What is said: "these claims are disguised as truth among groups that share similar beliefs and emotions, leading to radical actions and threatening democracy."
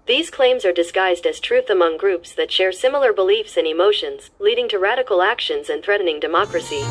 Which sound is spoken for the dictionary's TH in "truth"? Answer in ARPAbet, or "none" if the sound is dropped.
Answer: TH